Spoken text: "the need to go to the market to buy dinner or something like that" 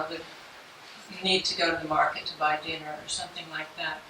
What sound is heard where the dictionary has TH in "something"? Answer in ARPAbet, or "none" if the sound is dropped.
TH